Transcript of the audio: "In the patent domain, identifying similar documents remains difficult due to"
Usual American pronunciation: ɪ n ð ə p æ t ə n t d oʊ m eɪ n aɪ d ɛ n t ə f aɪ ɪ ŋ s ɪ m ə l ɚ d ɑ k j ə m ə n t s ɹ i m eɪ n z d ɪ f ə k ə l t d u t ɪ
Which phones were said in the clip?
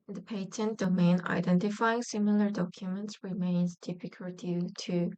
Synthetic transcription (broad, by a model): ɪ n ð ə p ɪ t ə n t d oʊ m eɪ n aɪ d ɛ n t ə f aɪ ɪ ŋ s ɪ m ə l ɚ d ɑ k j ə m ə n t s ɹ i m eɪ n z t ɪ p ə k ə l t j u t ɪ